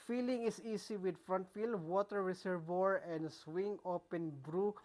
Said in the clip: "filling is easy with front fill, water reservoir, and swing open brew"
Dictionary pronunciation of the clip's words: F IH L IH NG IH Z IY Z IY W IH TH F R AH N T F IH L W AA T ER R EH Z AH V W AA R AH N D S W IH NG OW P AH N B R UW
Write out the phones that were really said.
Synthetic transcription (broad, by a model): F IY L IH NG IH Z IY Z IY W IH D F R AH N T F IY L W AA T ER R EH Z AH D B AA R AH N D S W IH NG OW P AH N B R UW